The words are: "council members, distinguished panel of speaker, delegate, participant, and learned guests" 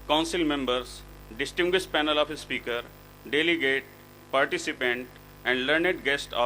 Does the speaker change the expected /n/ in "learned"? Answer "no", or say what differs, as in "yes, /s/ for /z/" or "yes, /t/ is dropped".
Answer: no